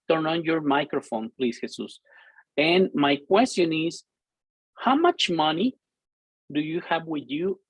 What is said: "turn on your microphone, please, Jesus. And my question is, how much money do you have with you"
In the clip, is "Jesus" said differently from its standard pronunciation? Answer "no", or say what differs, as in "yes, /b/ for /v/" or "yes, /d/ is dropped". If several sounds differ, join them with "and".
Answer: yes, /s/ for /z/